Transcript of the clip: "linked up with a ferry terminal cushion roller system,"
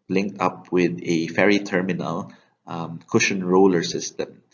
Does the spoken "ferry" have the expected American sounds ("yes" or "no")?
yes